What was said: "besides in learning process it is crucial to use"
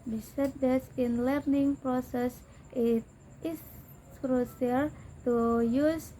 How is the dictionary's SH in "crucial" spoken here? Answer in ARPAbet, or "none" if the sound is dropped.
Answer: S